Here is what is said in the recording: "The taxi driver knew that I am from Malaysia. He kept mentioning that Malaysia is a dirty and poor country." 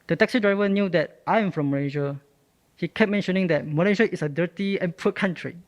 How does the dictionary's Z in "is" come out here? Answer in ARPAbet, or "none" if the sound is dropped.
S